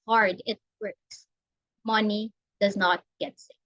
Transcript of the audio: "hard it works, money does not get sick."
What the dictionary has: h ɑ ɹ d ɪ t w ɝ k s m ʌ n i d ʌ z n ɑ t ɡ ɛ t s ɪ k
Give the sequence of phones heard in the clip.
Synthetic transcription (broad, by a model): h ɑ ɹ d ɪ t w ɝ k s m ʌ n i d ʌ z n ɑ t ɡ ɛ t s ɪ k